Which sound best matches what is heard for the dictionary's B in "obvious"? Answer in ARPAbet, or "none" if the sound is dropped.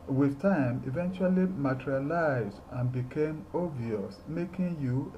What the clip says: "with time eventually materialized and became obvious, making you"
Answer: none